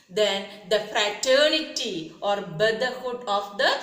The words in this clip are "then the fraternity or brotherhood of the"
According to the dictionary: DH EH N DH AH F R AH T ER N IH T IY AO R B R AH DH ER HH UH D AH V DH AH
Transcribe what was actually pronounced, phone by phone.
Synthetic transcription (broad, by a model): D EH N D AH F R AH T ER N IH T IY AO R B AH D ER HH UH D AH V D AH